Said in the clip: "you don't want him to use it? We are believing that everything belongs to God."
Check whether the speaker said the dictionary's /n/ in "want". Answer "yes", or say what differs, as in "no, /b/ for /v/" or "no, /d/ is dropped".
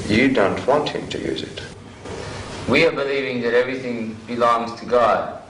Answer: yes